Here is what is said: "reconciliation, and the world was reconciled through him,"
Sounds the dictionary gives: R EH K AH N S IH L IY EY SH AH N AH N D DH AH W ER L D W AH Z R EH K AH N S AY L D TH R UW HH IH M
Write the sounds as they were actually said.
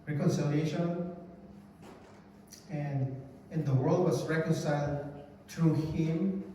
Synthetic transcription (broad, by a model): R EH K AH N S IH L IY EY SH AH N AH N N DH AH W ER L D W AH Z R EH K AH N S AY L D T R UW HH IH M